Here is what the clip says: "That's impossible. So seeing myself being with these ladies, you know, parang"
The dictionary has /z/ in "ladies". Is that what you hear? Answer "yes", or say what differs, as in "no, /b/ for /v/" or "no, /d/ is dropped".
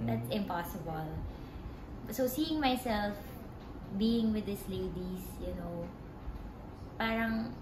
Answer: no, /s/ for /z/